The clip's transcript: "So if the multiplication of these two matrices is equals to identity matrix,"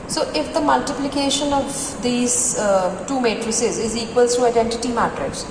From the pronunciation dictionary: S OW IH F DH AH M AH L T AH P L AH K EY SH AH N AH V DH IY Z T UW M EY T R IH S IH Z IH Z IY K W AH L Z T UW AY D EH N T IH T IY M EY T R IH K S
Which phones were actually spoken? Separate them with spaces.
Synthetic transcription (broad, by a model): S OW IH F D AH M AH L T AH P L AH K EY SH AH N AH V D IY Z T UW M EY T R IH S IH Z IH Z IY K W AH L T T UW AY D EH N T IH T IY M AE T R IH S